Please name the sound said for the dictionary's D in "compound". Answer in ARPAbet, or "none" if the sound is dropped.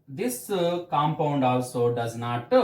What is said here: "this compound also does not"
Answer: D